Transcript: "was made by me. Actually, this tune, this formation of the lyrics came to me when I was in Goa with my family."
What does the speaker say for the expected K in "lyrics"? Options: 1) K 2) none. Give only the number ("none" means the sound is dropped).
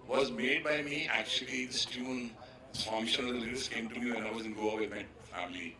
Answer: 2